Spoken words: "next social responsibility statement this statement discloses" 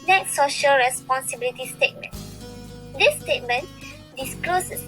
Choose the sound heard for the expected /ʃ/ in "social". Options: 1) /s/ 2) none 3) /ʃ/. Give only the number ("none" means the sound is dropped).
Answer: 3